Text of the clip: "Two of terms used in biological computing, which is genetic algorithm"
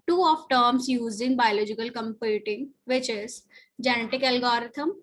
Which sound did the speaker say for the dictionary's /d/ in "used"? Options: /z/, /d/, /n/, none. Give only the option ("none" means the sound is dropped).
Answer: none